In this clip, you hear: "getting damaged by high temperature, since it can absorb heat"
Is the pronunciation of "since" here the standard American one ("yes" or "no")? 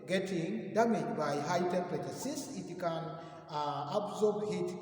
no